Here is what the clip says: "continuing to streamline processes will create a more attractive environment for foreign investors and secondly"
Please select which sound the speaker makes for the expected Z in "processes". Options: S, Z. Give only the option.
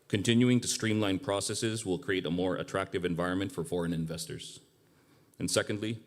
Z